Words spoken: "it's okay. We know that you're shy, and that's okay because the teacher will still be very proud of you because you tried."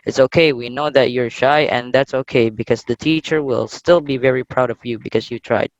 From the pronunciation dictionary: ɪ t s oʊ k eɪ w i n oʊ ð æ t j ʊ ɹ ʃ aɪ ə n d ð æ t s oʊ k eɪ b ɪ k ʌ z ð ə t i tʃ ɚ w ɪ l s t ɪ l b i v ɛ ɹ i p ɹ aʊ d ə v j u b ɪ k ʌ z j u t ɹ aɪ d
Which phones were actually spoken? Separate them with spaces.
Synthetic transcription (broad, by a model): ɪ t s oʊ k eɪ w i n oʊ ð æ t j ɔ ɹ ʃ aɪ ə n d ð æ t s oʊ k eɪ b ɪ k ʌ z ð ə t i tʃ ɚ w ɪ l s t ɪ l b i v ɛ ɹ i p ɹ aʊ d ə v j u b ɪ k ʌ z j u t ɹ aɪ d